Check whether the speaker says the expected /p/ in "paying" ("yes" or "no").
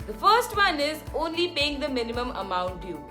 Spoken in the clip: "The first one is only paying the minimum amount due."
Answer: yes